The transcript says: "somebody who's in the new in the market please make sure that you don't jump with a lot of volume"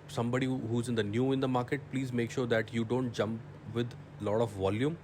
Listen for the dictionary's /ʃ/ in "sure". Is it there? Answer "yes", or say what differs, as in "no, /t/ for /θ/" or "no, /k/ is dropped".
yes